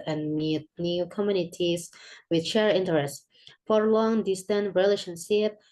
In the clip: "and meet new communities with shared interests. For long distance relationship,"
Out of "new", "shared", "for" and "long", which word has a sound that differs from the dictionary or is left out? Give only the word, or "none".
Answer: shared